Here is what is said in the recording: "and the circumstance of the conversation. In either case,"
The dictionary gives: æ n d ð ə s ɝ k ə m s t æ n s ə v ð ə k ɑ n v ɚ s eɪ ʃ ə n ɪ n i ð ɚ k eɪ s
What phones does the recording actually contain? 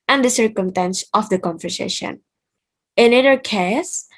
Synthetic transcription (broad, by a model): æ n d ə s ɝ k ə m s t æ n s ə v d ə k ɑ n f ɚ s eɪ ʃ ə n ɪ n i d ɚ k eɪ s